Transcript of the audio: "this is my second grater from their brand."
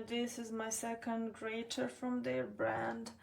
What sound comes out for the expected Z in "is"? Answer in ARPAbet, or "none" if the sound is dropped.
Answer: Z